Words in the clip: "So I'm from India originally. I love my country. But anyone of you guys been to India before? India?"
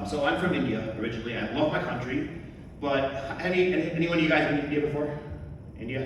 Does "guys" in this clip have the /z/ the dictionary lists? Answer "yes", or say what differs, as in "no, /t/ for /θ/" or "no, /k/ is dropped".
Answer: yes